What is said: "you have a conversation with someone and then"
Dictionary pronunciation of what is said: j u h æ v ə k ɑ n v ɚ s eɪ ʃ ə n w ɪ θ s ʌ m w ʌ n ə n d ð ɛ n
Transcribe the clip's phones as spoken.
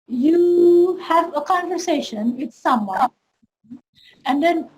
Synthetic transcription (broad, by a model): j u h æ v ə k ɑ n v ɚ s eɪ ʃ ə n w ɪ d s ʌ m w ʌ ə n d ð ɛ n